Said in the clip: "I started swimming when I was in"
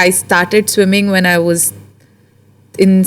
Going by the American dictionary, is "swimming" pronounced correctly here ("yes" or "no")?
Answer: yes